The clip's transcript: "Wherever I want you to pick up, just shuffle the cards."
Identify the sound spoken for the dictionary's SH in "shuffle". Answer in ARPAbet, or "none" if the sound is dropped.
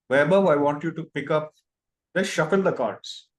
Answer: SH